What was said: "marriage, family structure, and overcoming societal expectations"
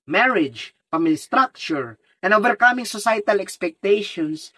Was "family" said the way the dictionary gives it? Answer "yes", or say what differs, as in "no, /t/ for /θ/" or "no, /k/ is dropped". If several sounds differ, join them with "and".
no, /p/ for /f/